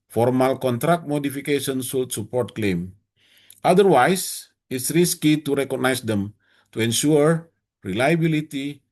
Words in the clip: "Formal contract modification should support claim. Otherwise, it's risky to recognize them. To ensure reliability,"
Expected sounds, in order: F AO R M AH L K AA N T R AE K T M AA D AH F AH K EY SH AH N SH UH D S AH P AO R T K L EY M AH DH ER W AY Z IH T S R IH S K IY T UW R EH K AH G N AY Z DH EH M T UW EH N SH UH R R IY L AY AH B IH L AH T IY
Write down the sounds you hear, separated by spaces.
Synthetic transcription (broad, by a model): F AO R M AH L K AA N T R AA K T M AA D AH F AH K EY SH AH N S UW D S AH P AO R T K L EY M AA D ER W AY S IH T S R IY S K IY T UW R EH K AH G N AY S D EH M T UW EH N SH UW R R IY L AY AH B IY L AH T IY